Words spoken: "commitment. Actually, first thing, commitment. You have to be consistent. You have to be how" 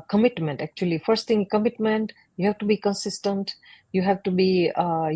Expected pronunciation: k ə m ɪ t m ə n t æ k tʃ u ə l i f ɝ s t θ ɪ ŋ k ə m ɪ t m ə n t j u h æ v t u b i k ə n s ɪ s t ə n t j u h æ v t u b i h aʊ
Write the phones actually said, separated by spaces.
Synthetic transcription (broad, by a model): k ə m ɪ t m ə n t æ k tʃ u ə l i f ɝ s t t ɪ ŋ k ə m ɪ t m ə n t j u h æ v t u b i k ə n s ɪ s t ə n t j u h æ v t u b i